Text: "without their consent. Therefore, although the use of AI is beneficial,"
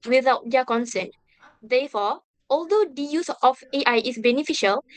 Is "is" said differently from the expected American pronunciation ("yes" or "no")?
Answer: yes